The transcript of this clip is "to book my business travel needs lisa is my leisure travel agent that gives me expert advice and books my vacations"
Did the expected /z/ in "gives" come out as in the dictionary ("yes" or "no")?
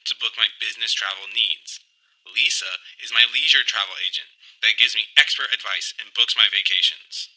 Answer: yes